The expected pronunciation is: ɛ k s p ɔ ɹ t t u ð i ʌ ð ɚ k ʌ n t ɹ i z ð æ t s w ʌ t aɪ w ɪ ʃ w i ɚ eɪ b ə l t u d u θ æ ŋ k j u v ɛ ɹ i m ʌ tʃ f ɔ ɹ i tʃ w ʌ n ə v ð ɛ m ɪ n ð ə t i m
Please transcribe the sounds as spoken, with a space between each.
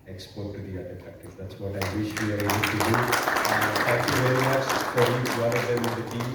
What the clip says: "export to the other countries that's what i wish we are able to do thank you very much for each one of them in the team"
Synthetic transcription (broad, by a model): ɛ k s p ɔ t t u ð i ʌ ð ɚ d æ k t i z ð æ t s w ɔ t aɪ w ɪ ʃ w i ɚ eɪ b ə l t u d u t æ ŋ k j u v ɛ ɹ i m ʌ tʃ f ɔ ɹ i w ʌ n ə v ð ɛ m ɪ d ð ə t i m